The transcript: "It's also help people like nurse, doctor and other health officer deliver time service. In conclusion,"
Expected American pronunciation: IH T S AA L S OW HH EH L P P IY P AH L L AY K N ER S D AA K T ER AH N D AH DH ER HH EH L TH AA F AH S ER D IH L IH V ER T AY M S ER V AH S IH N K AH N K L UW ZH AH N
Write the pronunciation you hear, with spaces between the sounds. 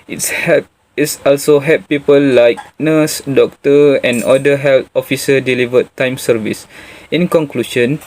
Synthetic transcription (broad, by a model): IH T S AA L S OW HH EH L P P IY P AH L L AY K N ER S D AA K T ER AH N D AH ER HH EH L T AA F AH S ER D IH L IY V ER T AY M S ER V AH S IH N K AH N K L UW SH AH N